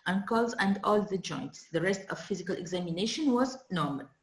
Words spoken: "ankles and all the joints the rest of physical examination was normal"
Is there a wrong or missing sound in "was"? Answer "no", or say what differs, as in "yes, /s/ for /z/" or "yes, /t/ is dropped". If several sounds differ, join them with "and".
no